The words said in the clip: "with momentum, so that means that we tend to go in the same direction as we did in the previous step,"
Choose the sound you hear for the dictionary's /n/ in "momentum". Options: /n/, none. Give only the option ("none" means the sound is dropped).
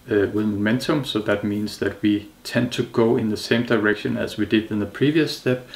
/n/